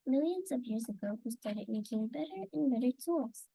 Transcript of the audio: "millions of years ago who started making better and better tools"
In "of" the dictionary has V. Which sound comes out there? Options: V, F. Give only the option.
V